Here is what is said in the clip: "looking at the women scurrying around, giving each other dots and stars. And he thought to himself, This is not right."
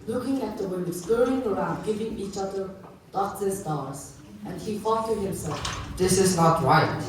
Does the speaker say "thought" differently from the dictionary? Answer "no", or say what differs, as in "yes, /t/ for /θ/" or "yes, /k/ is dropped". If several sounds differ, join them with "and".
yes, /f/ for /θ/